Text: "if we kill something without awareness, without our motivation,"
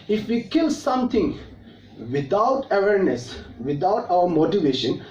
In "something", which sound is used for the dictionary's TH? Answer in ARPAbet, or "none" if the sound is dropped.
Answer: T